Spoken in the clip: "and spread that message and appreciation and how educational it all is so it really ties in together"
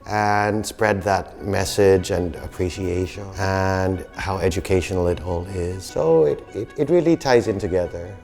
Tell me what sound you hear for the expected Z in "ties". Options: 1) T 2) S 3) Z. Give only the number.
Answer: 3